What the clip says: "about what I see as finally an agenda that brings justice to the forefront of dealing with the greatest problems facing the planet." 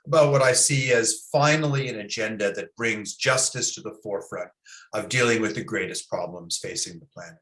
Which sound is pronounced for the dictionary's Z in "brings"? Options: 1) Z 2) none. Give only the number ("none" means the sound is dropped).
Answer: 1